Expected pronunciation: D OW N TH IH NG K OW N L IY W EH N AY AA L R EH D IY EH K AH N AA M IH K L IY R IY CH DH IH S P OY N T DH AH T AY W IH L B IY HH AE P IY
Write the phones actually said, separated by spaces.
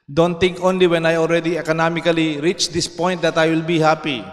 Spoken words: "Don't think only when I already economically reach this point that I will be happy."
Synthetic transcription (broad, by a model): D OW N T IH NG K OW N L IY W EH N AY AA L R EH D IY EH K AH N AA M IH K L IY R IY CH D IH S P OY N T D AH T AY W IH L B IY HH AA P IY